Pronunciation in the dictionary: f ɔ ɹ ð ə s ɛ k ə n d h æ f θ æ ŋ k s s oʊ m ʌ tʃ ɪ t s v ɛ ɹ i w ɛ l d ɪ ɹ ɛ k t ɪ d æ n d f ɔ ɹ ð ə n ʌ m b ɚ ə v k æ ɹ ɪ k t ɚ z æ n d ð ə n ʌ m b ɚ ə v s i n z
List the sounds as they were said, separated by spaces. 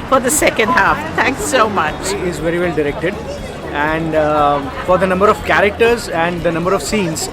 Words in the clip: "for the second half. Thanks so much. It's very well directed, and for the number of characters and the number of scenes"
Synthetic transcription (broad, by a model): f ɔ ɹ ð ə s ɛ k ə n d h æ f t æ ŋ k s s oʊ m ʌ tʃ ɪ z v ɛ ɹ i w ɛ l d ɪ ɹ ɛ k t ɪ d æ n d f ɔ ɹ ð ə n ʌ m b ɚ ə v k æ ɹ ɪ k t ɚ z æ n d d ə n ʌ m b ɚ ə v s i n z